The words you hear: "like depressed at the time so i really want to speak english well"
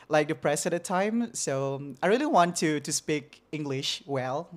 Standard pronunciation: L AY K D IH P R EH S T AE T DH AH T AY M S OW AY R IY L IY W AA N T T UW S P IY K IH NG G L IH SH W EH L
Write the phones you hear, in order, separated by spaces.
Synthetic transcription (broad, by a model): L AY K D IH P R EH S AE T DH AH T AY M S OW AY R IY L IY W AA N T T UW S P IY K IH NG G L IH SH W EH L